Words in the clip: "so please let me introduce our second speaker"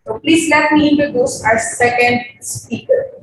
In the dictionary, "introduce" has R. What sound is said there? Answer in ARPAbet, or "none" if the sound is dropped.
none